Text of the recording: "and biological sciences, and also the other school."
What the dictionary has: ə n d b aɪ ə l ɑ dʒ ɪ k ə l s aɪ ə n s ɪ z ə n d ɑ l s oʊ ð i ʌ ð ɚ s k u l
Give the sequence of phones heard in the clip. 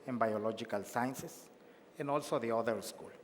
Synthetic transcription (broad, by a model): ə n b aɪ ə l ɑ dʒ ɪ k ə l s aɪ n s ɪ s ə n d ɑ l s oʊ ð i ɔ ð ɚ s k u l